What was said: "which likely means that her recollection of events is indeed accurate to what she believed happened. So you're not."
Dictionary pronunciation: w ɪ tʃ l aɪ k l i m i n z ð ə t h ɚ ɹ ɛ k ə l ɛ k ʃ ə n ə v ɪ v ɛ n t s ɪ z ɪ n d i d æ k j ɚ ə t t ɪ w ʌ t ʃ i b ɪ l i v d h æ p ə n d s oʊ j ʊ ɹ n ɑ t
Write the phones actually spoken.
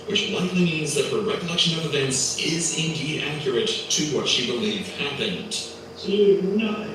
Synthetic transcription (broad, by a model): w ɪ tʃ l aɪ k l i m i n z ð ə t h ɚ ɹ ɛ k ə l ɛ k ʃ ə n ə v ɪ v ɛ n t s ɪ z ɪ n d i d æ k j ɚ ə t t ɪ w ʌ t ʃ i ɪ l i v h æ p ə n d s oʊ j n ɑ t